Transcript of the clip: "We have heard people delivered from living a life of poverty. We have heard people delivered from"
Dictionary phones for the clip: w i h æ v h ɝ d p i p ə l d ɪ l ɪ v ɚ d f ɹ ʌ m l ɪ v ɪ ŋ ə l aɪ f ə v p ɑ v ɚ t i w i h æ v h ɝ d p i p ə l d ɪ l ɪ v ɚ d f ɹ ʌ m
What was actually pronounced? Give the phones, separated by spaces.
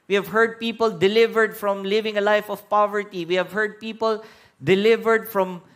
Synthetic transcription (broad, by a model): w i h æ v h ɝ d p i p ə l d ɪ l ɪ v ɚ d f ɹ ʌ m l ɪ v ɪ ŋ ə l aɪ f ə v p ɑ v ɚ t i w i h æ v h ɝ d p i p ə l d ɪ l ɪ v ɚ d f ɹ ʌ m